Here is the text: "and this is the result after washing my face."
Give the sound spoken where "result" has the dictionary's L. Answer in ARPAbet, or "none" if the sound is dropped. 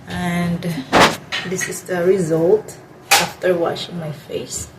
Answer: L